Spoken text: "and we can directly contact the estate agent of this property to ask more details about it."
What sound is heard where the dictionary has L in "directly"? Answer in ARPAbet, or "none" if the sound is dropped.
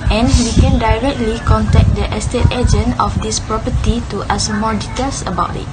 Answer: L